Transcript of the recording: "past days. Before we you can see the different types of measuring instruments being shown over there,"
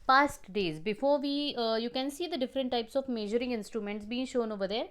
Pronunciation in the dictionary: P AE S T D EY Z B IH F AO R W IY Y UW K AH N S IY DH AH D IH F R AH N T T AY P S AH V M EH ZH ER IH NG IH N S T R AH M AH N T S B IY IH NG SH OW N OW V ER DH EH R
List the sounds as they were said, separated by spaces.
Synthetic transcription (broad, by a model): P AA S T D EY Z B IH F AO R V IY Y UW K AH N S IY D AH D IH F R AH N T T AY P S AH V M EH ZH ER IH NG IH N S T R AH M AH N T S B IY IH NG SH OW N OW V ER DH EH R